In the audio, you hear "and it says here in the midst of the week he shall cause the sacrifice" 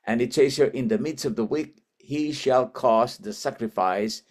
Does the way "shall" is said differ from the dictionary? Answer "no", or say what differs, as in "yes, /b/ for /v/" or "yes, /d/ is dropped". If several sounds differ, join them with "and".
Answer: no